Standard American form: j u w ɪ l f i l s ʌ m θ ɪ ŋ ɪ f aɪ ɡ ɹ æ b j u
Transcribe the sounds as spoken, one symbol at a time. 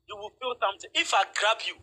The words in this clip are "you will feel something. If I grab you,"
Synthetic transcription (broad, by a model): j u w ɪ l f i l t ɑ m t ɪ ɪ f aɪ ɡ ɹ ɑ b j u